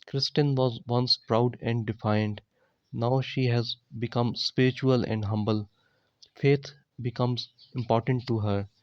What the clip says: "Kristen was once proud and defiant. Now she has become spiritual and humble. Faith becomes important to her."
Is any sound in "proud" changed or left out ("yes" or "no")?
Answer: no